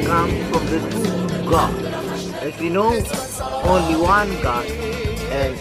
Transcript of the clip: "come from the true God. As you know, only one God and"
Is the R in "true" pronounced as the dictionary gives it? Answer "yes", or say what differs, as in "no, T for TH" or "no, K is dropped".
no, R is dropped